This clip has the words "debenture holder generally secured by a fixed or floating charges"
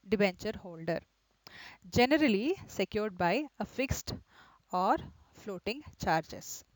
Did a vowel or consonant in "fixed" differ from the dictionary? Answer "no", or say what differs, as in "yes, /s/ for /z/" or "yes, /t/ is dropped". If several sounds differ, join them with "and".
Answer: no